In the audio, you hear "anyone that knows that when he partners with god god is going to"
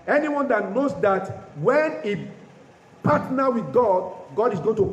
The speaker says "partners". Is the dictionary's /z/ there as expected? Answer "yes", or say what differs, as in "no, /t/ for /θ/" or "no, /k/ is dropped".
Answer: no, /z/ is dropped